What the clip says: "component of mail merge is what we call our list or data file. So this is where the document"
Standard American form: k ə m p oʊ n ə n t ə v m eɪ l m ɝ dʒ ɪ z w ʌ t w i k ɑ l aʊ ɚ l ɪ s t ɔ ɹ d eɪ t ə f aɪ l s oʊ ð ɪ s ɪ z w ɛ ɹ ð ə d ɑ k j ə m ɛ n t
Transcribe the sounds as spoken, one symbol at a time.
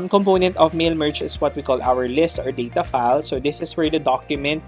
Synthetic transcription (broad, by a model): k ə m p oʊ n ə n t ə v m eɪ l m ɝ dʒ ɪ s w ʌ t w i k ɑ l aʊ ɚ l ɪ s t ɔ ɹ d eɪ t ə f aɪ l s oʊ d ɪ s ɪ s w ɛ ɹ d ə d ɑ k j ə m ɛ n t